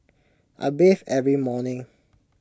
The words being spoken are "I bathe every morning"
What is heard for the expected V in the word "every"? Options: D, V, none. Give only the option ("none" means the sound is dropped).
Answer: V